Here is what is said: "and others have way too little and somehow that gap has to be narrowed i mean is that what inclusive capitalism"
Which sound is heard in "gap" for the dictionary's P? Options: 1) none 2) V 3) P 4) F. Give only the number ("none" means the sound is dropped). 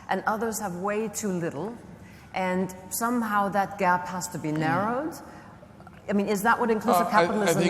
3